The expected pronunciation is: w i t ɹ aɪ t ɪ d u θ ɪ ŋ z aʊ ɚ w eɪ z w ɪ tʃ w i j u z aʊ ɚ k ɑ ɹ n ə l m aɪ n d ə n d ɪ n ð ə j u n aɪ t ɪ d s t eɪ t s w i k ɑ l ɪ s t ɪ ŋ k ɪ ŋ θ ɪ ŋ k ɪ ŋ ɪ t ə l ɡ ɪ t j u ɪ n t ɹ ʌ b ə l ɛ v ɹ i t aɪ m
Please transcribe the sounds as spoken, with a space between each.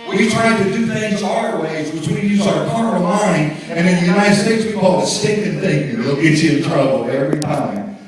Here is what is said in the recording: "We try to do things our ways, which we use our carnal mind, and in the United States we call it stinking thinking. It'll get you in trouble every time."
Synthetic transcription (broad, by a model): w i t ɹ aɪ t ɪ d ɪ θ ɪ ŋ z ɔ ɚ w eɪ z w ɪ tʃ w i j u z aʊ ɚ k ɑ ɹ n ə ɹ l aɪ n ə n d ɪ n ð ə j u n aɪ t ɪ d s t eɪ t s w i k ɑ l ɪ s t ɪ k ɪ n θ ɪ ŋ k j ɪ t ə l ɪ t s ɪ n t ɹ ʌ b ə l ɛ v ɹ i t aɪ m